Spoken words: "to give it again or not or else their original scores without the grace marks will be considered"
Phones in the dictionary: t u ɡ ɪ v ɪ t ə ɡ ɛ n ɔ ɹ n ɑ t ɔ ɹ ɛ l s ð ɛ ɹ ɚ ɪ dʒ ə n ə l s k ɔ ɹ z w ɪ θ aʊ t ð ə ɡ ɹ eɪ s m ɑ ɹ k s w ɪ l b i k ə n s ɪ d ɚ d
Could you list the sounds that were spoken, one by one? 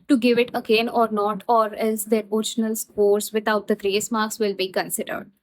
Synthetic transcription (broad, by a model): t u ɡ ɪ v ɪ t ə ɡ ɛ n ɔ ɹ n ɑ t ɔ ɹ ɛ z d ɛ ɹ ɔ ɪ ʃ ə n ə l s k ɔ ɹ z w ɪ t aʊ t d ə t ɹ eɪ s m ɑ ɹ k s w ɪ l b i k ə n s ɪ d ɚ d